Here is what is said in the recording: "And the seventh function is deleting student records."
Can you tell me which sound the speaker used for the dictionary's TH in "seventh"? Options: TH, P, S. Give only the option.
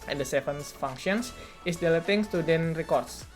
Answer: S